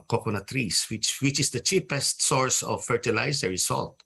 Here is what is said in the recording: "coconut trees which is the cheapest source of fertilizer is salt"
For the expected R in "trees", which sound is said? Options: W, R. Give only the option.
W